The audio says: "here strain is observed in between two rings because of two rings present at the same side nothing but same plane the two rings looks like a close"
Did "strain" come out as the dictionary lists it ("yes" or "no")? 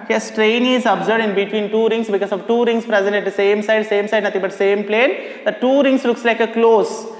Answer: yes